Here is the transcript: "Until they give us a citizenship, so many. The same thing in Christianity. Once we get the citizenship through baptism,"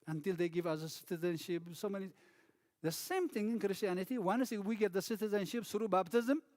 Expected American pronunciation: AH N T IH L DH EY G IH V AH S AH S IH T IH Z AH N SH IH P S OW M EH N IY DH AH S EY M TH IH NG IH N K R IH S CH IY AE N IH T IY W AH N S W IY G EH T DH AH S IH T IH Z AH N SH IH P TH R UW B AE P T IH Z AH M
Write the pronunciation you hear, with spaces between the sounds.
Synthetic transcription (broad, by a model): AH N T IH L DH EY G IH V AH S AH S IH T IH Z AH N SH IH P S OW M EH N IY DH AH S EY M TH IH NG IH N K R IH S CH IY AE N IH T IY W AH N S W IY G EH T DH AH S IH T IH Z AH N SH IH P S R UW B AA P T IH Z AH M